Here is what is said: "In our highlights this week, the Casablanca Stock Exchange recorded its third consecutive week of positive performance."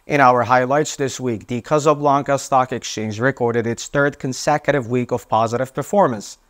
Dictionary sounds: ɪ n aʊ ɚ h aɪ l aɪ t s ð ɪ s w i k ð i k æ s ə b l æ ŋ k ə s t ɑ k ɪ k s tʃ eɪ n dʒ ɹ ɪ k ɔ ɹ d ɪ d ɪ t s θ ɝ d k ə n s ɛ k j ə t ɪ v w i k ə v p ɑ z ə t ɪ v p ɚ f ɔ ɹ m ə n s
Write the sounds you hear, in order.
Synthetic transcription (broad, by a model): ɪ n aʊ ɚ h aɪ l aɪ t s ð ɪ s w i k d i k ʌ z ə b l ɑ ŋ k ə s t ɑ k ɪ k s tʃ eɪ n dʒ ɹ ɪ k ɔ ɹ d ɪ d ɪ t s θ ɝ d k ə n s ɛ k j ə t ɪ v w i k ə v p ɑ z ə t ɪ v p ɚ f ɔ ɹ m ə n s